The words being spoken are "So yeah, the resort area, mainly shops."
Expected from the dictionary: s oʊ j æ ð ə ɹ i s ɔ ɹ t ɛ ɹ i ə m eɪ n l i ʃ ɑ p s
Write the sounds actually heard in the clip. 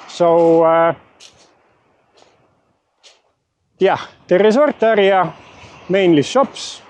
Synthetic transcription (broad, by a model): s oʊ j æ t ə ɹ i s ɔ ɹ t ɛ ɹ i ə m eɪ n l i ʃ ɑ p s